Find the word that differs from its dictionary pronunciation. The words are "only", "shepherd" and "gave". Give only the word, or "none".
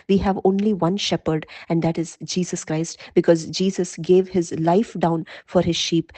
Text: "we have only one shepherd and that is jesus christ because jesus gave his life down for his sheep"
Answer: none